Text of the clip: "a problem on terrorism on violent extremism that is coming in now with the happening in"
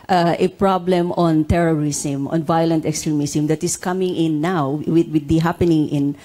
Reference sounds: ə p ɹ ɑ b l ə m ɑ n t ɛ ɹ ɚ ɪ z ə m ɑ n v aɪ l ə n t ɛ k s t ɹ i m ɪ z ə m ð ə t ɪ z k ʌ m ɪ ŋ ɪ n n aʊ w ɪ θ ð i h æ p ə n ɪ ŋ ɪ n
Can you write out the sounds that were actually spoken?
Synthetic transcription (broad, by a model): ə p ɹ ɑ b l ə m ɑ n t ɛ ɹ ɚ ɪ s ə m ɑ n v aɪ l ə n t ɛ k s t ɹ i m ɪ s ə m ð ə t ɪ s k ʌ m ɪ ŋ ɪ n n aʊ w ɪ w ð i h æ p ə n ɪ ŋ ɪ n